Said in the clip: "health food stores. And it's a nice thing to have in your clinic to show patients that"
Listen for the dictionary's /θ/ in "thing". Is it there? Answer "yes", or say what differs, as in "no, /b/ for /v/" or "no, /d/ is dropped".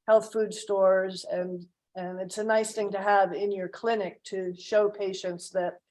yes